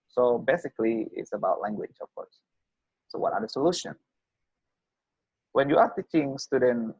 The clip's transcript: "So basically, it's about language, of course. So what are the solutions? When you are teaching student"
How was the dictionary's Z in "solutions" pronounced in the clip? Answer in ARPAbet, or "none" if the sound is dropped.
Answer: none